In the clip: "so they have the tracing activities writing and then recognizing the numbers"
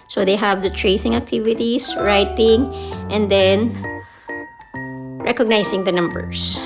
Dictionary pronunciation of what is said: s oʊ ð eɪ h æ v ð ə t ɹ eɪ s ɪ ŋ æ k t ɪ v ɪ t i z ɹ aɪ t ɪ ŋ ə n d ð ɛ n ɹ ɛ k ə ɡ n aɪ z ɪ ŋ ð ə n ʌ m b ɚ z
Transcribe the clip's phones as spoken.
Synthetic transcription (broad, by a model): s oʊ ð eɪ h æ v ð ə t ɹ eɪ s ɪ ŋ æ k t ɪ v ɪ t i s ɹ aɪ t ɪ ŋ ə n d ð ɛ n ɹ ɛ k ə ɡ n aɪ s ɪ ŋ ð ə n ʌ m b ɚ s